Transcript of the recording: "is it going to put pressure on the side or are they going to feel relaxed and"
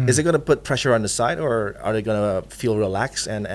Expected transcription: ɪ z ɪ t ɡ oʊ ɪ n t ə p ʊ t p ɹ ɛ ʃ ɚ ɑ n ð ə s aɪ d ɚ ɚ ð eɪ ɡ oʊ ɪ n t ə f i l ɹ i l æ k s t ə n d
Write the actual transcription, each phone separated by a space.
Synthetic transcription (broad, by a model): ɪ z ɪ t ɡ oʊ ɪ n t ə p ʊ t p ɹ ɛ ʃ ɚ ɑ n ð ə s aɪ d ɚ ɚ ð eɪ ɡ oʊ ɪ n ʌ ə f i l ɹ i l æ k s ə n